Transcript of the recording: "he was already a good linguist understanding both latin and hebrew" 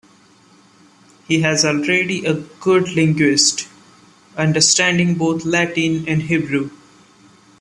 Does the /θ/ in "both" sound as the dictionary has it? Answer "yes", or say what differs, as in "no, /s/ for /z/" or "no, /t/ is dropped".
no, /t/ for /θ/